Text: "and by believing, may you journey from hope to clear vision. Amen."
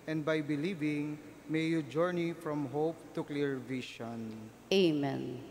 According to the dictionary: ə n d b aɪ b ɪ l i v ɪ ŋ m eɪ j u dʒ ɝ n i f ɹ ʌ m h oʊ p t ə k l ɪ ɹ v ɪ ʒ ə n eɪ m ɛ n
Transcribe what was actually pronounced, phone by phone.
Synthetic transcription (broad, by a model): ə n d b aɪ b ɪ l i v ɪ ŋ m eɪ j u dʒ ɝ n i f ɹ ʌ m h oʊ p t ə k l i ɹ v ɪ ʃ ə n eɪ m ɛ n